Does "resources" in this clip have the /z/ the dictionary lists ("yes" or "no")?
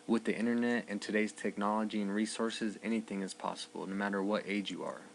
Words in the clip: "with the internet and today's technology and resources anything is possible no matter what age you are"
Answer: yes